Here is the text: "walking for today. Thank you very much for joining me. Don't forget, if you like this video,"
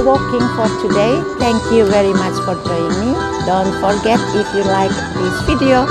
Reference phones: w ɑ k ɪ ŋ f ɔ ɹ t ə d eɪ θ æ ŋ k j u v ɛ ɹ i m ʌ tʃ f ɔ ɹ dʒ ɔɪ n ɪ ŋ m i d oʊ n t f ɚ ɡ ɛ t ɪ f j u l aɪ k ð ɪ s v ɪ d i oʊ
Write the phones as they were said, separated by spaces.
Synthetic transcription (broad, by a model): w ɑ k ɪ ŋ f ɔ ɹ t ə d eɪ t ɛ ŋ k j u v ɛ ɹ i m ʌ tʃ f ɔ ɹ dʒ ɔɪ ɪ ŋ m i d oʊ n t f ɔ ɡ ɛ t ɪ f j u l aɪ k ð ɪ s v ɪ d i oʊ